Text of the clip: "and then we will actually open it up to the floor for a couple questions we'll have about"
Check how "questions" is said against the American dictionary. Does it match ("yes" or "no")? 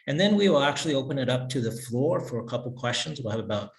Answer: yes